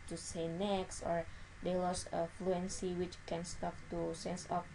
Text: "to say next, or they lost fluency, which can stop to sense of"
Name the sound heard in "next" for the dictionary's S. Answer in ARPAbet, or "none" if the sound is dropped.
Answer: S